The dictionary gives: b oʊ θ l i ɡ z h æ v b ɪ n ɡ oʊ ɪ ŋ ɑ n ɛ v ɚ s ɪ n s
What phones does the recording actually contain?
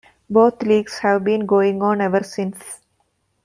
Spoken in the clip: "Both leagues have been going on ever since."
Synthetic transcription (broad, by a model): b oʊ t l i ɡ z h æ v b ɪ n ɡ oʊ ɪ ŋ ɑ n ɛ v ɚ s ɪ n s